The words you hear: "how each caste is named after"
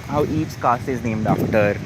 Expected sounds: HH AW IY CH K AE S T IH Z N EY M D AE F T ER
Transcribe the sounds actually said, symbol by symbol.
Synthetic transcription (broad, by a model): HH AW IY S K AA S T IH Z N EY M D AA F T ER